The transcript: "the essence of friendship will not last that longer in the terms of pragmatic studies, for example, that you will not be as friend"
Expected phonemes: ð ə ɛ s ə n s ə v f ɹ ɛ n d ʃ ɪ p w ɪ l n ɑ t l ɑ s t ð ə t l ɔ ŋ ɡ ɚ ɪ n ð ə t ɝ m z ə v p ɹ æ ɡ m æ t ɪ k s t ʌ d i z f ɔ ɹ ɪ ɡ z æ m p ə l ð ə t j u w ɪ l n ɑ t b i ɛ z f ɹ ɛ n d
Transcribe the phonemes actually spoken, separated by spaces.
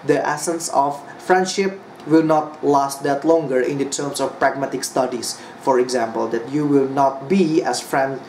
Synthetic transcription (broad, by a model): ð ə ɛ s ə n s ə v f ɹ ɛ n d ʃ ɪ p w ɪ l n ɑ t l ɑ s t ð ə t l ɔ ŋ ɡ ɚ ɪ n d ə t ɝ m s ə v p ɹ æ ɡ m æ t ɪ k s t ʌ d i s f ɔ ɹ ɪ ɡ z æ m p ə l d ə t j u w ɪ l n ɑ t b i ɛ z f ɹ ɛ n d